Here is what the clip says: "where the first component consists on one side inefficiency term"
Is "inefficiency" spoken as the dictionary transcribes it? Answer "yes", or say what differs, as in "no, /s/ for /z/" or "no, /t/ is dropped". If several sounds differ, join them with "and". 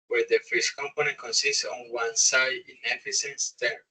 no, /s/ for /ʃ/